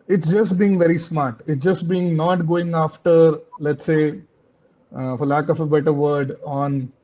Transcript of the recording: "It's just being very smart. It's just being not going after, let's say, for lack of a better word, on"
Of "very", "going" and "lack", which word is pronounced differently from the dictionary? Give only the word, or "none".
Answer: none